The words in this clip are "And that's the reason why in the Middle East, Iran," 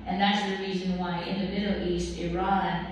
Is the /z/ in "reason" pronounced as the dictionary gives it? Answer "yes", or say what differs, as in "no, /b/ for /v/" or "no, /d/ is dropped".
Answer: yes